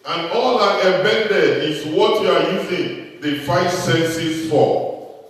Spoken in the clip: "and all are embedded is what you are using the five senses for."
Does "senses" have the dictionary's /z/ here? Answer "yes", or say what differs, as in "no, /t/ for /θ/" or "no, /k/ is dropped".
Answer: no, /s/ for /z/